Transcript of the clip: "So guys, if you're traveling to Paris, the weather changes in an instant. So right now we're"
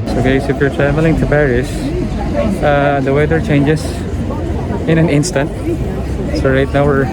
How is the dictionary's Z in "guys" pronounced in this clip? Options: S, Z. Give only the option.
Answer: S